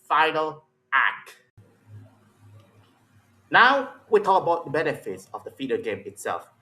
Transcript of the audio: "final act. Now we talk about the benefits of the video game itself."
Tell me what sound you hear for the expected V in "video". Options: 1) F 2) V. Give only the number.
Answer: 1